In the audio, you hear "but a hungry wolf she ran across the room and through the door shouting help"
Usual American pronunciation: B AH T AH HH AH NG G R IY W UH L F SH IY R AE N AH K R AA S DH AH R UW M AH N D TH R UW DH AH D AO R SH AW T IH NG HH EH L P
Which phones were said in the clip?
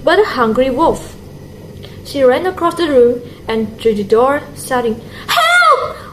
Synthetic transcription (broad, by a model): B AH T AH HH AH NG G R IY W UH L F SH IY R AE N AH K R AA S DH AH R UW M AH N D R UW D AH D AO R S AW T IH NG HH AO